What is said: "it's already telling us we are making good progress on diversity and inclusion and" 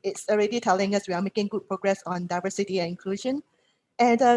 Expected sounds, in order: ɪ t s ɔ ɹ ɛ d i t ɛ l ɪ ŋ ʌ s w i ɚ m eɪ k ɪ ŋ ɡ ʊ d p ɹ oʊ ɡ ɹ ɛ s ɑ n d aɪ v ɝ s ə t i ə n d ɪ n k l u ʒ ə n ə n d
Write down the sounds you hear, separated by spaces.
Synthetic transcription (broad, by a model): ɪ t s ɔ ɹ ɛ d i t ɛ l ɪ ŋ ʌ s w i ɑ m eɪ k ɪ ŋ ɡ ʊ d p ɹ oʊ ɡ ɹ ɛ s ɑ n d aɪ v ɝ s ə t i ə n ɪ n k l u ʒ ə n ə n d